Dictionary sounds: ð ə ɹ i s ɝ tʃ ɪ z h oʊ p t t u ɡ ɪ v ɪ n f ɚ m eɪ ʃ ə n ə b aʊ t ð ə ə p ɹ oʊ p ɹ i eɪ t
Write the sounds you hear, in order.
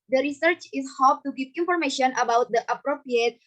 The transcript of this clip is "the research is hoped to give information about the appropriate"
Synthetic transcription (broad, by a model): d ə ɹ i s ɝ tʃ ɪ s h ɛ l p t u ɡ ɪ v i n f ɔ m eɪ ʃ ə n ə b aʊ t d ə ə p ɹ oʊ p ɹ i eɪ t